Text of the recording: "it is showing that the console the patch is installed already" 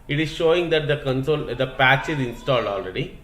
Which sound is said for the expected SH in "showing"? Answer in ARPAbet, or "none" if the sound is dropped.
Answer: SH